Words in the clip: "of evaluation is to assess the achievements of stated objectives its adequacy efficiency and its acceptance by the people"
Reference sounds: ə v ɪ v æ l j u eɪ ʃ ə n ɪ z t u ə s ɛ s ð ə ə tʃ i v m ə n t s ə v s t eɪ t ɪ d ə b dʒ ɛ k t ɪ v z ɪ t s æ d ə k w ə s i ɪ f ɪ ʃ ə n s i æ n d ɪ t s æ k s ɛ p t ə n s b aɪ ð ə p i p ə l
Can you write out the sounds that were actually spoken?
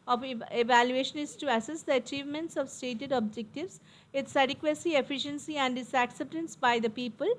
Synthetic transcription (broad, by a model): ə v ɪ v æ l j u eɪ ʃ ə n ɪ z t u ə s ɛ s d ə ə tʃ i v m ə n t s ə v s t eɪ t ɪ d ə b dʒ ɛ k t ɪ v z ɪ t s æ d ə k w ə s i ɪ f ɪ ʃ ə n s i æ n d ɪ t s æ k s ɛ p t ə n s b aɪ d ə p i p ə l